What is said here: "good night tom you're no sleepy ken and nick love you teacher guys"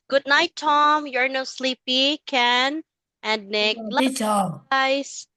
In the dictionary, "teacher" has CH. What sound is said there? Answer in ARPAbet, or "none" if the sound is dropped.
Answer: none